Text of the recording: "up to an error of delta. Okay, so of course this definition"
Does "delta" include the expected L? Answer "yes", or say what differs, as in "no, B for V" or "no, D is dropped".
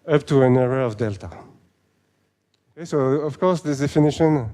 yes